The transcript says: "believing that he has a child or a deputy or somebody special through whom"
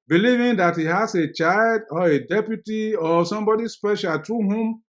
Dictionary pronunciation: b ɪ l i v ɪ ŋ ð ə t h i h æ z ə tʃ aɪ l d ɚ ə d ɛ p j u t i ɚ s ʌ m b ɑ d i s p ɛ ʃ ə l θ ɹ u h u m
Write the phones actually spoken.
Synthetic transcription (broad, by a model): b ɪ l i v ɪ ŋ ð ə t h i h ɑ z ə tʃ aɪ l d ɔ ə d ɛ p j u t i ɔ s ʌ m b ɑ d i s p ɛ ʃ ə l t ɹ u h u m